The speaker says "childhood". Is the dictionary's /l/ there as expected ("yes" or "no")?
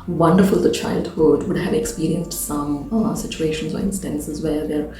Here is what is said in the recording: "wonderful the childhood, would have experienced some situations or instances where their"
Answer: yes